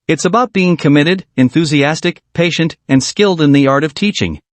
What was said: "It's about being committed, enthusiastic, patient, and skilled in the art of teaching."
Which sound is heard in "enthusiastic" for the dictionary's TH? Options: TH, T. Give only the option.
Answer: TH